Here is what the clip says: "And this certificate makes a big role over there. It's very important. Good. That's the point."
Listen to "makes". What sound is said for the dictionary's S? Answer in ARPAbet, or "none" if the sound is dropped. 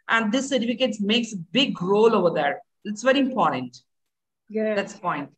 S